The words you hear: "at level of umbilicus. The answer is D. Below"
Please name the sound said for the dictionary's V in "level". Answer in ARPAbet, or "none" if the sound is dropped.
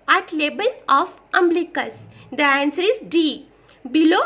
B